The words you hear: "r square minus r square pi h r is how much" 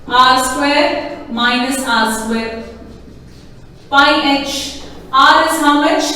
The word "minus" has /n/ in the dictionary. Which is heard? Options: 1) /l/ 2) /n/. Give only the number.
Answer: 2